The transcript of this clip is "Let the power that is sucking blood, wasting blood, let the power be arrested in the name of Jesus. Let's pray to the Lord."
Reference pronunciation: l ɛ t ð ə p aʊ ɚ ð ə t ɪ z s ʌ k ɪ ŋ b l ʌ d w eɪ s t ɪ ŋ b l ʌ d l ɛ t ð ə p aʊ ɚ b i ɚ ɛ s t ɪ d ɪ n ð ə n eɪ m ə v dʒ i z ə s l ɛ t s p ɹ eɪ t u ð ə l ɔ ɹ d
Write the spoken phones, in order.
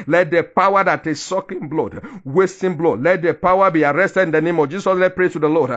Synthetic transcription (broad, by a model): l ɛ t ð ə p aʊ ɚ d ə t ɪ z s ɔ k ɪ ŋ b l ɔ d w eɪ s t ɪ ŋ b l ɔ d l ɛ t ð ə p aʊ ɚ b i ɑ ɛ s t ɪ d ɪ n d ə n eɪ m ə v dʒ i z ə s l ɛ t p ɹ eɪ t u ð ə l ɔ d